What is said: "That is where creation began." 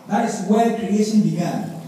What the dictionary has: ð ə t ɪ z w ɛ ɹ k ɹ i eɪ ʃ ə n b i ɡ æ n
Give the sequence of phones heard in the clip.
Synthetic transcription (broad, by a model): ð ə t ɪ s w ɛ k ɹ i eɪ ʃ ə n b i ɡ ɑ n